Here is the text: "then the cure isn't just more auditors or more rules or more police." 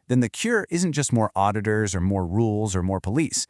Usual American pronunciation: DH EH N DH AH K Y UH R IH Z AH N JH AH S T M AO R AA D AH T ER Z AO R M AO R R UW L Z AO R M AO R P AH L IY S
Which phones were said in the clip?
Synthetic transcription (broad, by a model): DH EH N DH AH K Y UH R IH Z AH N JH AH S T M AO R AA D AH T ER Z AO R M AO R R UW L Z AO R M AO R P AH L IY S